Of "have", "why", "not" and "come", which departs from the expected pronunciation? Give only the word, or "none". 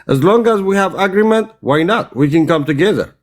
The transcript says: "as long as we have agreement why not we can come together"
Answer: none